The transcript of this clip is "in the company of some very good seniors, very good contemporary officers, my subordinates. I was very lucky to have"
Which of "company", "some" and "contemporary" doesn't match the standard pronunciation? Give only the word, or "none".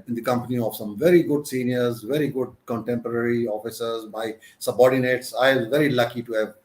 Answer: none